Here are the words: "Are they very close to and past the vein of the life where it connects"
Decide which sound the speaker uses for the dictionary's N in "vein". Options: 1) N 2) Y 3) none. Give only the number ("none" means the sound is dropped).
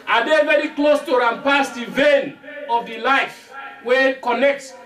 1